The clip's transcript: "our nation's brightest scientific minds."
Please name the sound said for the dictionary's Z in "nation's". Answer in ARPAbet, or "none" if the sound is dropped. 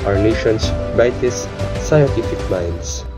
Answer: S